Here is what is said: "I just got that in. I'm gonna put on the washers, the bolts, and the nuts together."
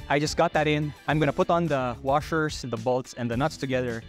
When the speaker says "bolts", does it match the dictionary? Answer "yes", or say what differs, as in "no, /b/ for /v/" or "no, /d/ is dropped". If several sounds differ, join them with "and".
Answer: yes